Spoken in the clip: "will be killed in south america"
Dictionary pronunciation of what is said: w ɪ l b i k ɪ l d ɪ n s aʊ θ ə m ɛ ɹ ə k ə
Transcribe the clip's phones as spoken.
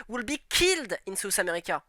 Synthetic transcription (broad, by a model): w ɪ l b i k ɪ l d ɪ n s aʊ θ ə m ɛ ɹ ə k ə